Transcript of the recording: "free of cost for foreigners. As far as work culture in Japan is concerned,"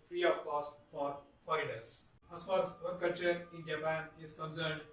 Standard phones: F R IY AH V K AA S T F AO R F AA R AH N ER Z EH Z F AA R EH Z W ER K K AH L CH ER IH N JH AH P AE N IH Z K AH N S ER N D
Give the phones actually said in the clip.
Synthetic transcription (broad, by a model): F R IY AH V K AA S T F AO R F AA AH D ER S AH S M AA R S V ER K K AH L CH ER IH N JH AH P AE N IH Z K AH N S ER N D